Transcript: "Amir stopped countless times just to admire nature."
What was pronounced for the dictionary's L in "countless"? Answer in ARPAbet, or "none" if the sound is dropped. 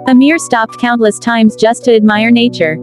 L